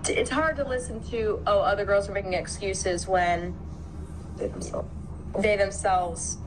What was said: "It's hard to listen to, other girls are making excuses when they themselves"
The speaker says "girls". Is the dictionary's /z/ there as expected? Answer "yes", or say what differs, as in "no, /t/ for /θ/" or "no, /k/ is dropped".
yes